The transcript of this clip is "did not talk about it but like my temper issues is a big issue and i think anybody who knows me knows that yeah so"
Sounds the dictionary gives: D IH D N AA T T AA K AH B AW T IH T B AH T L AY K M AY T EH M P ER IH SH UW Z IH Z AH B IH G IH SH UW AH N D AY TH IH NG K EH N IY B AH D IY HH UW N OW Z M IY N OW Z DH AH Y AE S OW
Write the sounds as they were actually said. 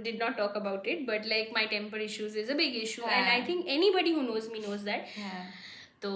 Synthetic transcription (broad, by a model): D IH D N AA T T AA K AH B AW T IH T B AH T L AY K M AY T EH M P ER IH SH UW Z IH Z AH B IH G IH SH UW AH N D AY T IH NG K EH N IY B AH D IY HH UW N OW Z M IY N OW Z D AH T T OW